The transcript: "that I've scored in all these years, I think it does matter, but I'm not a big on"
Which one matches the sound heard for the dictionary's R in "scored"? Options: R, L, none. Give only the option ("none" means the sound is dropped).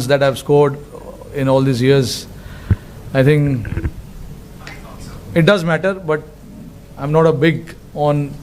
R